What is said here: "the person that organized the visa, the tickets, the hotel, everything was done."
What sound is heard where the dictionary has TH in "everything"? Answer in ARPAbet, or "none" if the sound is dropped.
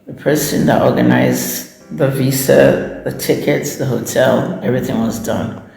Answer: TH